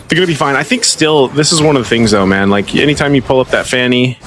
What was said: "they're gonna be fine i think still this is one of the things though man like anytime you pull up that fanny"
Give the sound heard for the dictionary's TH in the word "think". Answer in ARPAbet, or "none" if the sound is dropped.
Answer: TH